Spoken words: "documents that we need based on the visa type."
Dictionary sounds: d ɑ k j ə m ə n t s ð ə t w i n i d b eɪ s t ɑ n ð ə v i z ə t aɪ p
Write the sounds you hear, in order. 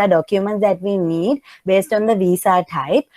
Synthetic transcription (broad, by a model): d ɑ k j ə m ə n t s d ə t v i n i d b eɪ s t ɑ n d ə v i s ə t aɪ p